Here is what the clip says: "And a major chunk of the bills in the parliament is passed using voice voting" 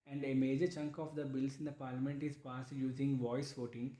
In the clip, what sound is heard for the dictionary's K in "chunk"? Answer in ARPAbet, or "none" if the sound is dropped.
K